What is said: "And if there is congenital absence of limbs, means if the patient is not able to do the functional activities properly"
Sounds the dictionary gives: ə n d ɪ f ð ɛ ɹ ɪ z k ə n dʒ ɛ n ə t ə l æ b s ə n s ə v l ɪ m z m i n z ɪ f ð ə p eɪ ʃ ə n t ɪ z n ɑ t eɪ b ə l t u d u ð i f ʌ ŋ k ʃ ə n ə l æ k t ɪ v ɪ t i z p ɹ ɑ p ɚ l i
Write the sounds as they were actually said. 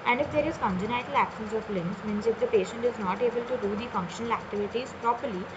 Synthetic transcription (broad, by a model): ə n d ɪ f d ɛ ɹ ɪ z k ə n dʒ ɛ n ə t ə l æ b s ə n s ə p l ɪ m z m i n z ɪ f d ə p eɪ ʃ ə n t ɪ z n ɑ t eɪ b ə l t u d u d i f ʌ ŋ k ʃ ə n ə l æ k t ɪ v ɪ t i z p ɹ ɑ p ɚ l i